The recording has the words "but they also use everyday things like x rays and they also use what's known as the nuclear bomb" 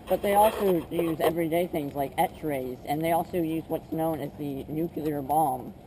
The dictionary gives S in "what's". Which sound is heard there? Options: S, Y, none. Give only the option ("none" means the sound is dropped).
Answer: S